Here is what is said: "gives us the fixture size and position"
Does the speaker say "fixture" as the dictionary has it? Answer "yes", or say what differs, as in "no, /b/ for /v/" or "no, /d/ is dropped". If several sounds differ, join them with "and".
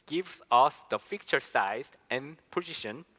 no, /s/ is dropped